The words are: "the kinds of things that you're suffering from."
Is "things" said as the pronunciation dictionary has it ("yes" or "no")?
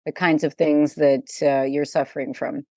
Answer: yes